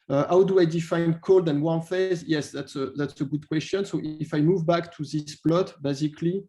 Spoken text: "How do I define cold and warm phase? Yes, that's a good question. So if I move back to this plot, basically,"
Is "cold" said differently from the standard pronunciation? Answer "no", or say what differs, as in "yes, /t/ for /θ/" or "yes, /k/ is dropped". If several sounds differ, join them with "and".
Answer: no